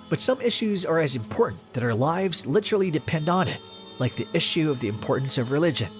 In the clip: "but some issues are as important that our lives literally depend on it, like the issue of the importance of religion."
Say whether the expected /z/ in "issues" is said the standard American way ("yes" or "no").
yes